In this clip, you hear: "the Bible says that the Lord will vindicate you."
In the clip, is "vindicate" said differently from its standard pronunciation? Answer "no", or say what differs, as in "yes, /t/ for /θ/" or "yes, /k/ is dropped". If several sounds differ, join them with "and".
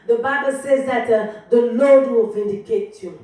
no